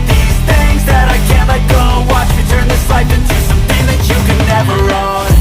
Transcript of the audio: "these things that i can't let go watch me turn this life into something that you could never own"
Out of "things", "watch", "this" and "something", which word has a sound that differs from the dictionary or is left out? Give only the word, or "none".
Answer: none